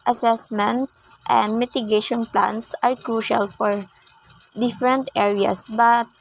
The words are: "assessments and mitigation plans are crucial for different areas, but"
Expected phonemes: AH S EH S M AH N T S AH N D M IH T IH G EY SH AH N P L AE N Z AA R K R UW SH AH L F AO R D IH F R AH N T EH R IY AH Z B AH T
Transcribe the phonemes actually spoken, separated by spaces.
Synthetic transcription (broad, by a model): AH S EH S M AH N T S AH N D M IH T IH G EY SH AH N P L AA N S AA R K R UW SH AH L F AO R D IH F R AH N T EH R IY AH S B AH T